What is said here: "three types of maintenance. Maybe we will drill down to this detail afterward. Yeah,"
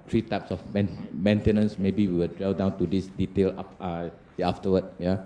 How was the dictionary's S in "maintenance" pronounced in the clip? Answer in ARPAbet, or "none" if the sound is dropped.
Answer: S